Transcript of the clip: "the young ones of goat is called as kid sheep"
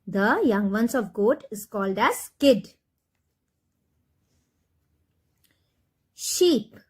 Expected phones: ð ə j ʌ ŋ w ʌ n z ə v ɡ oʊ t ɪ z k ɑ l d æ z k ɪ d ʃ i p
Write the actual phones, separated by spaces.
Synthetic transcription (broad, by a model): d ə j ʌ ŋ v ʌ n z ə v ɡ oʊ t ɪ z k ɑ l d æ z k ɪ d ʃ i p